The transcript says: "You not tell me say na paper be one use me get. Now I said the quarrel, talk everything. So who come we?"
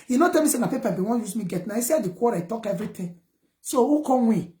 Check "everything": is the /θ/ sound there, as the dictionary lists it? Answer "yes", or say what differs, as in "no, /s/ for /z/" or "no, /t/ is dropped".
no, /t/ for /θ/